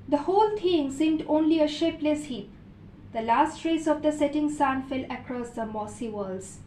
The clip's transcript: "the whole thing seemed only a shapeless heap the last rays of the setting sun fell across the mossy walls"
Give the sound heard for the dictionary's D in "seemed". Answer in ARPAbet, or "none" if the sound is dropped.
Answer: D